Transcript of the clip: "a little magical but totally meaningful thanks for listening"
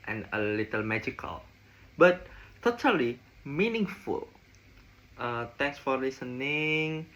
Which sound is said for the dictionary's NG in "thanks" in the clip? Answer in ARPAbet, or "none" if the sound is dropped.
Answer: none